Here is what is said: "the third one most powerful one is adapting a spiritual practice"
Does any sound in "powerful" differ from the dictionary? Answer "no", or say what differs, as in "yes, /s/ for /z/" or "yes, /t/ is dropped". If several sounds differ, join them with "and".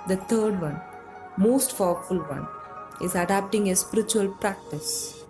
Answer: yes, /f/ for /p/